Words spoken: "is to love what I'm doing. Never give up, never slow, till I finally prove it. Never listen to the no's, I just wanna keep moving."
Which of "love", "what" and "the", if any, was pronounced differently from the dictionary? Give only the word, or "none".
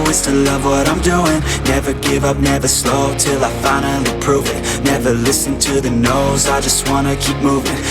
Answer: none